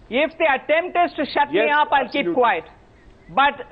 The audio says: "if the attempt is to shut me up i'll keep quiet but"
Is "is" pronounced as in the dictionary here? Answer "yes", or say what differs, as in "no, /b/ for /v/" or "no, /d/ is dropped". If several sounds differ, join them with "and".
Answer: no, /s/ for /z/